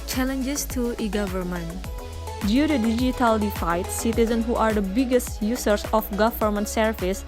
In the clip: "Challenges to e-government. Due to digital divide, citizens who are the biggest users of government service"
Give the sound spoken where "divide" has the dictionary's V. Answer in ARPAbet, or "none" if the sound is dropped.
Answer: F